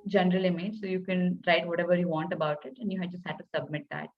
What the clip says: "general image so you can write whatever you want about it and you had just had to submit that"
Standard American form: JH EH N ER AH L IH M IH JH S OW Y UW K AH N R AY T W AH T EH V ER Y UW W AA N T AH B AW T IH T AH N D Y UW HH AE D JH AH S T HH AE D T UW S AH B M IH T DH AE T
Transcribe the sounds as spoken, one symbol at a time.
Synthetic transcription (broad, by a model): JH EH N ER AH L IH M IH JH S OW Y UW K AH N R AY T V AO T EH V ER Y UW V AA N T AH B AW T IH T AH N D Y UW HH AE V JH AH S T HH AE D T UW S AH B M IH T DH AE T